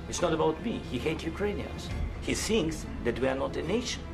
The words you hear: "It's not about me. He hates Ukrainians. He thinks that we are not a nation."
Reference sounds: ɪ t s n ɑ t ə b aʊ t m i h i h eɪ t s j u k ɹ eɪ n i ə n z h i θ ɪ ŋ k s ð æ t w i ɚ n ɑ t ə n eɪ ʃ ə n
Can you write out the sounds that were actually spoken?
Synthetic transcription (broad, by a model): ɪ t s n ɑ t ə b aʊ t m i h i h eɪ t j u k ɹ eɪ n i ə n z h i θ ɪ ŋ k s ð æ t w i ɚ n ɑ t ə n eɪ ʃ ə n